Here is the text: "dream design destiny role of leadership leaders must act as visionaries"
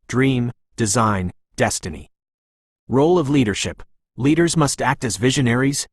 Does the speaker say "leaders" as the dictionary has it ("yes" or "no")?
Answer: yes